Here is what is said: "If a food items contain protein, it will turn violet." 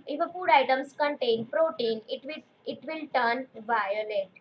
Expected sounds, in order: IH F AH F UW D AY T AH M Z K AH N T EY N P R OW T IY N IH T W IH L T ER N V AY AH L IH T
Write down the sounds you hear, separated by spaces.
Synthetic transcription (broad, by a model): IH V AH P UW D AY T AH M S K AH N T EY N P R OW T IY N IH T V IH L T ER N V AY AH L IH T